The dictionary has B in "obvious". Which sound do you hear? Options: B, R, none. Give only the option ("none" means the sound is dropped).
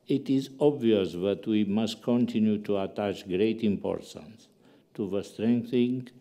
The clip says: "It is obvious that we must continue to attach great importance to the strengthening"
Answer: B